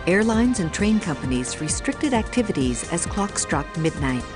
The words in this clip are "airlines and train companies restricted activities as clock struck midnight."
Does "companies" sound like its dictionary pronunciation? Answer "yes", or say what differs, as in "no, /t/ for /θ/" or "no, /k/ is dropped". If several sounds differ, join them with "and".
yes